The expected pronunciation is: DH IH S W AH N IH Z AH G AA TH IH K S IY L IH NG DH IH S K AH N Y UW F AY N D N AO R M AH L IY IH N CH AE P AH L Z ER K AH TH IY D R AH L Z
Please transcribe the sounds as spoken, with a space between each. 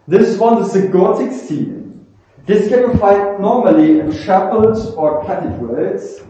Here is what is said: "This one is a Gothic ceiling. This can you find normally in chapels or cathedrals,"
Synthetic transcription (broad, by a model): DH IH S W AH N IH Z AH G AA T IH K S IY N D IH S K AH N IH F AY D N AO R M AH L IY IH N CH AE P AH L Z ER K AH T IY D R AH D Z